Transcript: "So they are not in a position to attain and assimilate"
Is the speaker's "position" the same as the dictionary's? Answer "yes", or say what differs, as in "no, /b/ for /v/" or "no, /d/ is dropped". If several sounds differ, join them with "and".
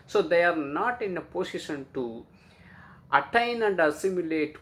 no, /s/ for /z/